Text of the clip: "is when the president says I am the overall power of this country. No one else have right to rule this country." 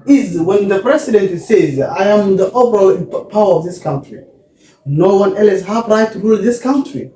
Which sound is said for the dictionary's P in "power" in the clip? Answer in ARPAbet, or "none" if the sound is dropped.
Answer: P